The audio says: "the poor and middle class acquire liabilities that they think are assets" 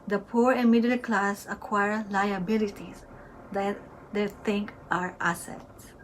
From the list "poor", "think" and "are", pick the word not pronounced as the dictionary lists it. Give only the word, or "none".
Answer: think